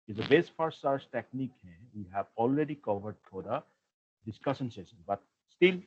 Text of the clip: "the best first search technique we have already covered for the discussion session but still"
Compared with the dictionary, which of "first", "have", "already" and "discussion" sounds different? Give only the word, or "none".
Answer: first